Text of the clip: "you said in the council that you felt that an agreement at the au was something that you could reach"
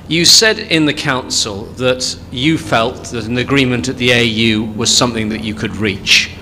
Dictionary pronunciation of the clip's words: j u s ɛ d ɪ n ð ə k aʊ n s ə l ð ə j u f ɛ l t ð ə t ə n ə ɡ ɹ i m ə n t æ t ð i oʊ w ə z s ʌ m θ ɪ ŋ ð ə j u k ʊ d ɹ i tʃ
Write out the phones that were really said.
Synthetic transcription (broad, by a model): j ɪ s ɛ d ɪ n ð ə k aʊ n s ə l ð ə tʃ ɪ f ɛ l t ð ə t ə n ə ɡ ɹ i m ə n t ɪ t ð i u w ə z s ʌ m θ ɪ ŋ ð ə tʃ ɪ k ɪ d ɹ i tʃ